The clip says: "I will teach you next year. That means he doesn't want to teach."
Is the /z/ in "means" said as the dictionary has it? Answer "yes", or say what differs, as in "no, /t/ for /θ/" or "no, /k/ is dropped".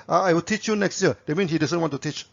no, /z/ is dropped